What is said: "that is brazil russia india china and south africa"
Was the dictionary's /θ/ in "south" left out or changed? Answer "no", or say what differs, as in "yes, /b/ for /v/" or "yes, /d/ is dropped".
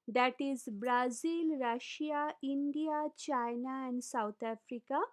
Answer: yes, /t/ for /θ/